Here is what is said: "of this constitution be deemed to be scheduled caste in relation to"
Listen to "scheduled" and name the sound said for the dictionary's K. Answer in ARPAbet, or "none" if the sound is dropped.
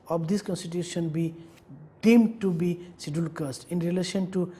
none